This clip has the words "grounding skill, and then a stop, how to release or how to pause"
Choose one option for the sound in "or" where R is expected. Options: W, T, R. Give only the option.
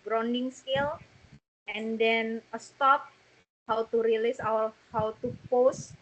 W